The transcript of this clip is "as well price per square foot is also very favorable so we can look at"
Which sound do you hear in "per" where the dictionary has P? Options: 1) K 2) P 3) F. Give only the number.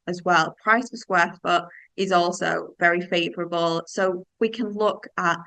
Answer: 3